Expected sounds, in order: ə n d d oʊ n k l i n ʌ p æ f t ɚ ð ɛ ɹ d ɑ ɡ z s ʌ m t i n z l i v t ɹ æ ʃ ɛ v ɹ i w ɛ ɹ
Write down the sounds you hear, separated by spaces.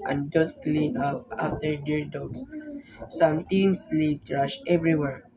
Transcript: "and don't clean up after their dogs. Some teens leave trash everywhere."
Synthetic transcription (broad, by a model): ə n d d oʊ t k l i n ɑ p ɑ f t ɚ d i ɹ d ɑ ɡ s s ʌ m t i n s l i p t ɹ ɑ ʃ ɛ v ɹ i w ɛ ɹ